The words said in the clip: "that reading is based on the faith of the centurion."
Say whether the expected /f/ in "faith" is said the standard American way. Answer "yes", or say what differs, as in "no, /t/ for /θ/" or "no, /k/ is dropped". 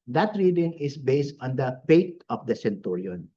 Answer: no, /p/ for /f/